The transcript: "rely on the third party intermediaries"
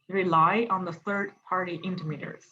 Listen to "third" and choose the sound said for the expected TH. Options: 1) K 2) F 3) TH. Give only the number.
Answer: 3